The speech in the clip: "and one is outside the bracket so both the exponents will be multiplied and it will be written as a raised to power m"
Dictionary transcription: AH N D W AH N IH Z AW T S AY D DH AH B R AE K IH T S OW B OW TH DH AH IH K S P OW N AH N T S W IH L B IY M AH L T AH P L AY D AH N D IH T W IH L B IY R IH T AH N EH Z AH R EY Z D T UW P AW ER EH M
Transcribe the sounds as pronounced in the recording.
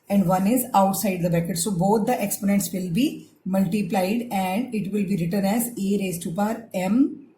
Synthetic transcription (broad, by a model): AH N D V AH N IH Z AW T S AY D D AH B EH K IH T S OW B OW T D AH IH K S P OW N AH N T S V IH L B IY M AH L T AH P L AY D AH N D IH T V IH L B IY R IH T AH N EH Z AH R EY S T UW P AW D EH M